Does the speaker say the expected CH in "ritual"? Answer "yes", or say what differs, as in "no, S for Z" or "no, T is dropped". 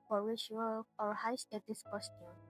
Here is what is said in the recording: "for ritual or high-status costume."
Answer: no, SH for CH